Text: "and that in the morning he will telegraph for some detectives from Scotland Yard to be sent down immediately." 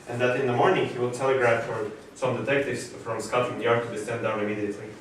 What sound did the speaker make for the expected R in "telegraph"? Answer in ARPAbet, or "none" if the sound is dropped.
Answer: R